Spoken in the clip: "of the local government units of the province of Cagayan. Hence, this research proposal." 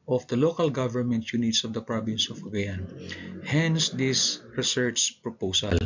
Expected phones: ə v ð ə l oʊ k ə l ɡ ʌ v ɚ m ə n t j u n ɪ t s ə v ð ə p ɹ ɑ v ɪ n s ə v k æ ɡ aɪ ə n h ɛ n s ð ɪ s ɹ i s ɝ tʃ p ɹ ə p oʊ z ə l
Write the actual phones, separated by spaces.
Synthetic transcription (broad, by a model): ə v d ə l oʊ k ə l ɡ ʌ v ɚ m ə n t j u n ɪ t s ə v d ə p ɹ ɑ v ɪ n s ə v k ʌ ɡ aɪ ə n h ɛ n s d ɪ s ɹ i s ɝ s p ɹ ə p oʊ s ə l